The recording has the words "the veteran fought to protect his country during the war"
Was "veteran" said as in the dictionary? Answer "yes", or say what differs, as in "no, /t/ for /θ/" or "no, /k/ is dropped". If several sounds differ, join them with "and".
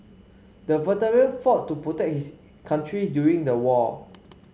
no, /l/ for /n/